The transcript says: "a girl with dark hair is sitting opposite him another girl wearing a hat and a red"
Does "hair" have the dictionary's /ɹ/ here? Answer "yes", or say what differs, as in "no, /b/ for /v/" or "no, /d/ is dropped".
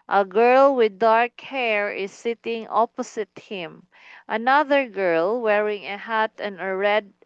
yes